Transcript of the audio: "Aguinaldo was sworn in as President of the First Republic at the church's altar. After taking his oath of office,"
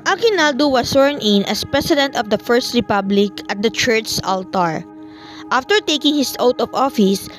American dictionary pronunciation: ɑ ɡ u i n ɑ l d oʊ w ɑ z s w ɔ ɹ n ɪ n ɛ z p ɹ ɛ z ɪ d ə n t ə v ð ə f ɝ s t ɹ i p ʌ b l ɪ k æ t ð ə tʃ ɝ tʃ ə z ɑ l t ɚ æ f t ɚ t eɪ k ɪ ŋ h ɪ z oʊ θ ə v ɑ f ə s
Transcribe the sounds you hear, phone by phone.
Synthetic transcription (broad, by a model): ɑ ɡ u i n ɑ l d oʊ w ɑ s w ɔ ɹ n ɪ n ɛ s p ɹ ɛ s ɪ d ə n t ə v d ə f ɝ s t ɹ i p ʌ b l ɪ k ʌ t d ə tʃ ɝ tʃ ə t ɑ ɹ t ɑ f t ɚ t eɪ k ɪ ŋ h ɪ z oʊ t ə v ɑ f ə s